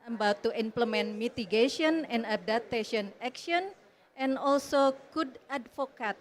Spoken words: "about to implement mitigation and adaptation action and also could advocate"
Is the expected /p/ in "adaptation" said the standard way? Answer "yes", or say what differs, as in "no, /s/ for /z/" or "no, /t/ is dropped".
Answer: no, /p/ is dropped